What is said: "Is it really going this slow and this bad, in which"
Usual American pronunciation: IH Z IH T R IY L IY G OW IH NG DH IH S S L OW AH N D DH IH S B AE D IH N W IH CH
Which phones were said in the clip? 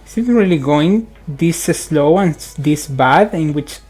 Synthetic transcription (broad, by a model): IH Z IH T R IY L IY G OW IH NG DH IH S S L OW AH N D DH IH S B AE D IH N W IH CH